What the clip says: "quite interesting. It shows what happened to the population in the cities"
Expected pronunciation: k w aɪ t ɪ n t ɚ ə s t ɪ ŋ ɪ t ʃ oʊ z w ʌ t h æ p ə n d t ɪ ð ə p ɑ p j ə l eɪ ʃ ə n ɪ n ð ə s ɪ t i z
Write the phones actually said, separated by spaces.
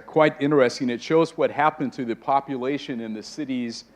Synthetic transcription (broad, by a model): k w aɪ t ɪ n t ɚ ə s t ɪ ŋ ɪ t ʃ oʊ z w ʌ t h æ p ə n t ɪ ð ə p ɑ p j ə l eɪ ʃ ə n ɪ n ð ə s ɪ t i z